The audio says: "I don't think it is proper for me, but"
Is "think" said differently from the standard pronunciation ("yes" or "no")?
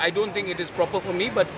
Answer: yes